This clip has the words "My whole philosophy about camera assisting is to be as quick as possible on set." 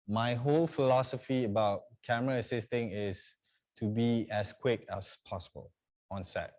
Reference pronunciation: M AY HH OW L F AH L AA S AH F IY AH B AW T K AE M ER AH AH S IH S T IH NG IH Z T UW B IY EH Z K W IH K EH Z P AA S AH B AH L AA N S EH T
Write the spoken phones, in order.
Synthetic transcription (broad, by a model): M AY HH OW L F AH L AA S AH F IY AH B AW T K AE M ER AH AH S IH S T IH NG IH S T UW B IY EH S K W IH K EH S P AA S AH B AH L AA N S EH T